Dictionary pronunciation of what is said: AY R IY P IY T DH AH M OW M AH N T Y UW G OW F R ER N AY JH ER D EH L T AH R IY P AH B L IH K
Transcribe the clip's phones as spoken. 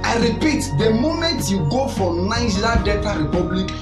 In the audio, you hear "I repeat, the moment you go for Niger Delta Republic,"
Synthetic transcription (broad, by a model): AY R IY P IY T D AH M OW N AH T Y UW G OW F R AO N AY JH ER D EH T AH R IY P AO B L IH K